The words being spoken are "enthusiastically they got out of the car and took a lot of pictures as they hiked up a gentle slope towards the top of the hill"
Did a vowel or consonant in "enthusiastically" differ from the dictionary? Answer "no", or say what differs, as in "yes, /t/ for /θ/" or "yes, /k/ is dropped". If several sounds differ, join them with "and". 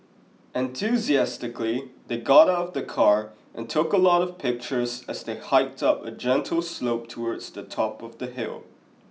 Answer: no